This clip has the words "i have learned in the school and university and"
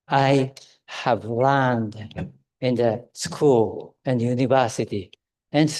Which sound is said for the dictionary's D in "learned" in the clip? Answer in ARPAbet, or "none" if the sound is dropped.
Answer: D